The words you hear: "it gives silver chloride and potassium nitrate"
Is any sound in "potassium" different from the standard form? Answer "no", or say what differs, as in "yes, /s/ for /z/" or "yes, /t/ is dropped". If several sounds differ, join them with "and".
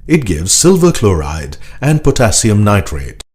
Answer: no